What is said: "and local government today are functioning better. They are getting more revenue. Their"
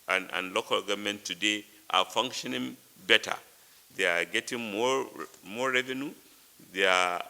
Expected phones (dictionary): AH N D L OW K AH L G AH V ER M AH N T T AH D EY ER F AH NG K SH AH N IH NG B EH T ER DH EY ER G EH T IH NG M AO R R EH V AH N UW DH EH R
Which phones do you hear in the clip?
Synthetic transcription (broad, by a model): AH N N L OW K AH L G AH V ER M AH N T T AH D EY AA F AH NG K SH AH N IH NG B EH T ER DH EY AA G EH T IH NG M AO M R EH V AH N UW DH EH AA